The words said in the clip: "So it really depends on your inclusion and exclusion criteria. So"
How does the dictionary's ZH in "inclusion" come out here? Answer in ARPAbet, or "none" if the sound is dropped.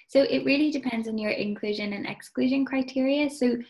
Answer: ZH